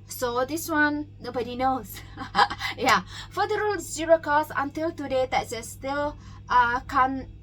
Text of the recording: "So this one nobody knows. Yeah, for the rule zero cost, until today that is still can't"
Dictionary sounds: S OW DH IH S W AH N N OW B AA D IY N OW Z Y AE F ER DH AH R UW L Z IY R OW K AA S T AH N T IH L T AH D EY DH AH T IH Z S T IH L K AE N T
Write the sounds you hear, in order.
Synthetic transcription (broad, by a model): S OW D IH S W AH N N OW B AA D IY N OW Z Y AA F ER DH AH R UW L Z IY R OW K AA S AH N T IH L T AH D EY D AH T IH S T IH L K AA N